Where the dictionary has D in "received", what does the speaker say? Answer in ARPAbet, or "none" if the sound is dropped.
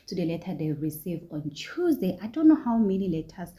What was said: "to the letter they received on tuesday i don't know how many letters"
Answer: none